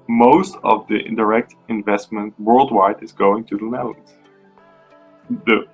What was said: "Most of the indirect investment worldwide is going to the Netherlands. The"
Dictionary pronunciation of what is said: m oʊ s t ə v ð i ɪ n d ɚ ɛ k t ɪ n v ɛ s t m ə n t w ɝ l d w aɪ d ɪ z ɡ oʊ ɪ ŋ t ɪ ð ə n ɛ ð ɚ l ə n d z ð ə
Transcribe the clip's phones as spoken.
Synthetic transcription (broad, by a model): m oʊ s t ə v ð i ɪ n d ɚ ɛ k t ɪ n v ɛ s t m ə n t w ɝ l d w aɪ d ɪ z ɡ oʊ ɪ ŋ t ɪ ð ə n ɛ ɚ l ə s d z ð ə